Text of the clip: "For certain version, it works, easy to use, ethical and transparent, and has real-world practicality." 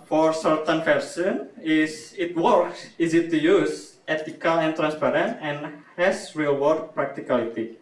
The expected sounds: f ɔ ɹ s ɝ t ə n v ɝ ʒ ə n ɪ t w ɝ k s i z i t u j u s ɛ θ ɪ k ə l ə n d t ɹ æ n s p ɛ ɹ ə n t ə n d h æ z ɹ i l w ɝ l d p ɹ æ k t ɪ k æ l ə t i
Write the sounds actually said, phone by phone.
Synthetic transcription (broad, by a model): f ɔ ɹ s ɝ t ə n f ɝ s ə n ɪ t w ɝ k s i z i t u j u s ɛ t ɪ k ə l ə n t ɹ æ n s p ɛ ɹ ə n t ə n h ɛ s ɹ i l w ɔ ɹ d p ɹ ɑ k t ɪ k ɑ l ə t i